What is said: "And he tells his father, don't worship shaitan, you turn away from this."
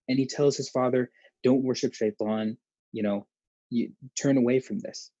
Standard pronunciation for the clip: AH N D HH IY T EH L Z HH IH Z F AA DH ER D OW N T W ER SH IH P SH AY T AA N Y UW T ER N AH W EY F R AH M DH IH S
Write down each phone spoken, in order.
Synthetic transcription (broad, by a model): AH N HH IY T EH L Z HH IH Z F AA DH ER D OW N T W ER SH IH P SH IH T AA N Y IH T ER N AH W EY F R AH M DH IH S